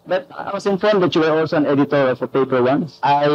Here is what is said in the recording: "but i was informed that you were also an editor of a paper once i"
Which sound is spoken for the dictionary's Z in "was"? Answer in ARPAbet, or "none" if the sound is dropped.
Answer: S